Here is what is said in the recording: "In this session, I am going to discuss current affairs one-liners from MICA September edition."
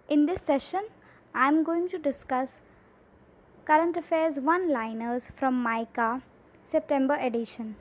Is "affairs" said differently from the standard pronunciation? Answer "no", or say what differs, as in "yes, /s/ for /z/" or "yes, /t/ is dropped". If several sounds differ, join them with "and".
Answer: no